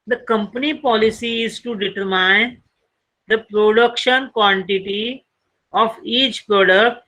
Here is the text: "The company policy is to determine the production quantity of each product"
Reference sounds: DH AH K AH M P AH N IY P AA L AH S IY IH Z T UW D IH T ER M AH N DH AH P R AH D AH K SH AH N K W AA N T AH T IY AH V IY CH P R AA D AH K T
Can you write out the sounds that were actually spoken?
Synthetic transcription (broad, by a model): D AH K AH M P AH N IY P AA L AH S IY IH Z T UW D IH T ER M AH N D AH P R AH D AH K SH AH N K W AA N T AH T IY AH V IY CH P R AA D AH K